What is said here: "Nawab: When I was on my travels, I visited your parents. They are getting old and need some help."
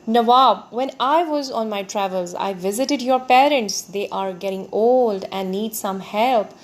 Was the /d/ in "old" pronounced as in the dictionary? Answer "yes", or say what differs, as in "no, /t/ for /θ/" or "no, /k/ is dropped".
yes